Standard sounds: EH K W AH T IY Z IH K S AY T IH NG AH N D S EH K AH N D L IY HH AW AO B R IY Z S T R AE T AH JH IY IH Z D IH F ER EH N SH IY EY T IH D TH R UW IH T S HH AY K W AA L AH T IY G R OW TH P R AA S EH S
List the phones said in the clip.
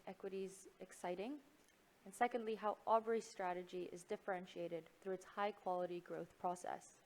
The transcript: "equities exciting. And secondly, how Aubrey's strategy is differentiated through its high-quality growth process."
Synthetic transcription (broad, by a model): EH K W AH T IY Z IH K S AY T IH NG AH N S EH K AH N D L IY HH AW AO B R IY S T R AE T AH JH IY IH Z D IH F ER EH N SH IY EY T IH D TH R UW IH T S HH AY K W AA L AH T IY G R OW TH P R AA S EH S